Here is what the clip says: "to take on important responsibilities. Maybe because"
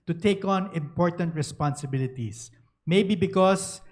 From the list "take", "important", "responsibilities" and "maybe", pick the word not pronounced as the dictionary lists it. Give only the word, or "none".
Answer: responsibilities